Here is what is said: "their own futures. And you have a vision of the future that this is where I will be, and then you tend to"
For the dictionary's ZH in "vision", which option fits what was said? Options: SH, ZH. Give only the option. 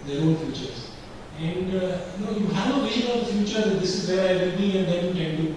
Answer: SH